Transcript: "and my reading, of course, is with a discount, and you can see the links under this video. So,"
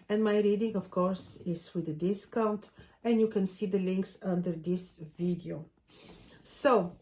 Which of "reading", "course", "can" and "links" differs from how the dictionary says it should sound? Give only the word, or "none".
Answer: none